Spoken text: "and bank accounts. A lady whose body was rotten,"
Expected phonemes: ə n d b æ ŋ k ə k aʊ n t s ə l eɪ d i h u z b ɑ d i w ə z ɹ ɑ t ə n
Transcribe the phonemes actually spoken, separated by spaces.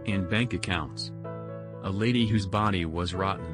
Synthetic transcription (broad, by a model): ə n b æ ŋ k ə k aʊ n t s ə l eɪ d i h u z b ɑ d i w ə z ɹ ɑ t n